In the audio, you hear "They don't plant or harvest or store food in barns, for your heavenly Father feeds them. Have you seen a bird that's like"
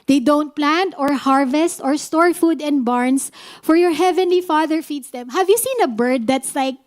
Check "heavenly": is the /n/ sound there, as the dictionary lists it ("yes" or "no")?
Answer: yes